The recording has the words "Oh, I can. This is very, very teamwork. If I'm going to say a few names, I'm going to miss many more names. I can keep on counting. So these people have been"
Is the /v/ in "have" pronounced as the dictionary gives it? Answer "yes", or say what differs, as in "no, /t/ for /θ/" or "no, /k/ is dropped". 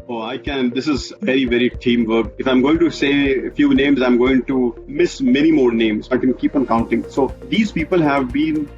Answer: yes